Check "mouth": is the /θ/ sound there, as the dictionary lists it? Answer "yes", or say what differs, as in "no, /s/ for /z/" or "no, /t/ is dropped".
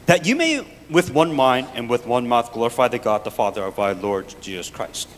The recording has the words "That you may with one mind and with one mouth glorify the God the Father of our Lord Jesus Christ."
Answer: yes